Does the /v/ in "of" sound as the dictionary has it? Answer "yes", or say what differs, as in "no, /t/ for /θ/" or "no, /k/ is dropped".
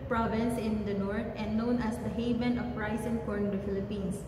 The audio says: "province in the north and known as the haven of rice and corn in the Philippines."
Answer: no, /p/ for /v/